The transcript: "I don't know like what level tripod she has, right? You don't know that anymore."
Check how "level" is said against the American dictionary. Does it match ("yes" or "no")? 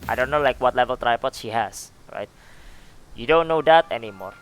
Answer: yes